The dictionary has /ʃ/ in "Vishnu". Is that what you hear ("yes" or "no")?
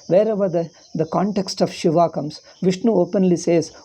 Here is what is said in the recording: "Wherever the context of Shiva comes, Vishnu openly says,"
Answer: yes